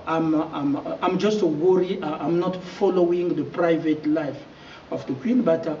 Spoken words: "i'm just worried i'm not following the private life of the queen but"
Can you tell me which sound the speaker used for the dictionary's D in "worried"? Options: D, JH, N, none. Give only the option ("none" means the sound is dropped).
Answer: none